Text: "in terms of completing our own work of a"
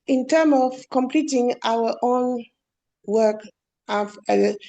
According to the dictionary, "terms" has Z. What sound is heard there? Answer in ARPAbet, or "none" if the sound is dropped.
none